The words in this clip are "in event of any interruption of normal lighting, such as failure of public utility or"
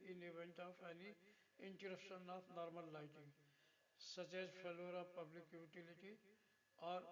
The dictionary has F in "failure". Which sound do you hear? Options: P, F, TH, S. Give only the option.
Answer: P